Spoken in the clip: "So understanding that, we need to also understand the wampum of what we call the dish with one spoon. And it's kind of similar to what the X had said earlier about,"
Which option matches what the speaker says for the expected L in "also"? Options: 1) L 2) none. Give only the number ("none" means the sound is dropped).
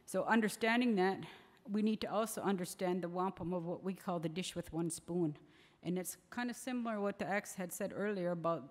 1